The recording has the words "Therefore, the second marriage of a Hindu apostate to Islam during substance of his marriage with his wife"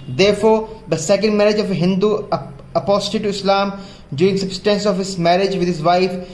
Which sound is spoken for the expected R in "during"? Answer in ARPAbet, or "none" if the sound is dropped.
none